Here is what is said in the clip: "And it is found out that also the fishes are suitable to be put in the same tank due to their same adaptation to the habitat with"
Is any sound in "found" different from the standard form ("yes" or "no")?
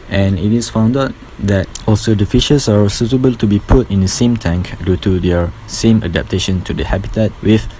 no